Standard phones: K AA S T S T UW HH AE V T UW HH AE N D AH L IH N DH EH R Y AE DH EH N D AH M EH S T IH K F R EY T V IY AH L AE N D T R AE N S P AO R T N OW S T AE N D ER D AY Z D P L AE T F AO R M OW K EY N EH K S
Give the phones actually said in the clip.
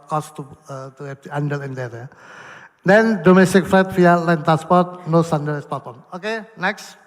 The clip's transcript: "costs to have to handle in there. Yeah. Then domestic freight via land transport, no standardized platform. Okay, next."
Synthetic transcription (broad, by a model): K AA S T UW T UW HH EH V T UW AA N D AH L IH N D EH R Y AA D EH N D AH M EH S T IH K F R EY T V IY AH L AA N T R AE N S P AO R T N OW S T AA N D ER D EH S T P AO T AO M OW K EY N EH K S